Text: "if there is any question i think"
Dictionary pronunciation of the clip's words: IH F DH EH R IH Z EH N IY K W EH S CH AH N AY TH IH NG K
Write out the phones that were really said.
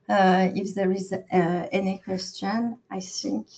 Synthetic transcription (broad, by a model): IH F DH EH R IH Z EH N IY K W EH S CH AH N AY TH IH NG K